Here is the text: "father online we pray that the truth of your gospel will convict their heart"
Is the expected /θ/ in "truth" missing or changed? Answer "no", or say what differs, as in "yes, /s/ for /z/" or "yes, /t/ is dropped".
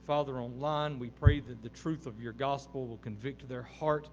no